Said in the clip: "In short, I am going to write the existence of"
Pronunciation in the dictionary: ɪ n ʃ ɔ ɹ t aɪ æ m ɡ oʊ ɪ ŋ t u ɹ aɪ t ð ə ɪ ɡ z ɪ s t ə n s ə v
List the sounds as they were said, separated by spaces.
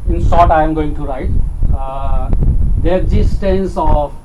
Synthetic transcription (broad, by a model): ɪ n s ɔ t aɪ m ɡ oʊ ɪ ŋ t u ɹ aɪ t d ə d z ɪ s t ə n s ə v